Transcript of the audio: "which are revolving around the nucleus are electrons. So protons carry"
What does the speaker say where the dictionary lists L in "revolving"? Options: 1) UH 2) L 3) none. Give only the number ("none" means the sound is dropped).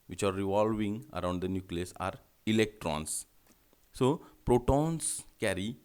2